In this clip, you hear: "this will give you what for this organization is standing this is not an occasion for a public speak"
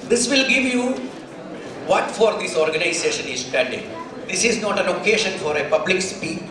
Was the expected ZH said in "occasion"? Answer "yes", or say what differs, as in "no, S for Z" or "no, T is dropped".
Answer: no, SH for ZH